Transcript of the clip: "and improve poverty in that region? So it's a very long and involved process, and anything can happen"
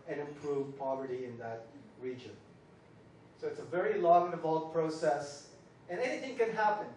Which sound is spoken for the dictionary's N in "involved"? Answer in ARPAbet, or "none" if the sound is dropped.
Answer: none